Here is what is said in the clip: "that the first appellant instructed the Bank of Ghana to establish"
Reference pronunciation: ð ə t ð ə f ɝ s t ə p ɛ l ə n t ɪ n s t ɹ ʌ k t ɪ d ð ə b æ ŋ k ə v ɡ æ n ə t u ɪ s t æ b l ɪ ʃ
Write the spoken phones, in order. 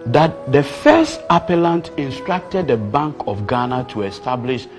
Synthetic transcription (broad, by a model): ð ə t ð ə f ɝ s t ə p ɛ l ə n t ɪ n s t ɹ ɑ k t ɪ d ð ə b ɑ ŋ k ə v ɡ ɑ n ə t u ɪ s t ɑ b l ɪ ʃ